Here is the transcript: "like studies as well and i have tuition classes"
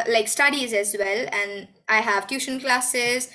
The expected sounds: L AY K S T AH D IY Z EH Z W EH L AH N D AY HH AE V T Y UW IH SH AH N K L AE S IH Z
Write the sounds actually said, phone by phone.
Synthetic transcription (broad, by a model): L AY K S T AH D IY Z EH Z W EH L AH N D AY HH AE V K Y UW SH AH N K L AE S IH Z